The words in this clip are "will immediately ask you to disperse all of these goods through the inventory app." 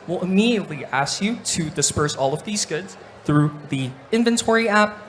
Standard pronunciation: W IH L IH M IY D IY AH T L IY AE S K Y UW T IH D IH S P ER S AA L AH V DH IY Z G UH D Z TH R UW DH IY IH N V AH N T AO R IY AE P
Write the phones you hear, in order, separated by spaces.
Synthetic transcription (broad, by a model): W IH L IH M IY D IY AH T L IY AE S K Y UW T IH D IH S P ER S AA L AH V DH IY Z G UH D Z TH R UW DH IY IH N V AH N T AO R IY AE P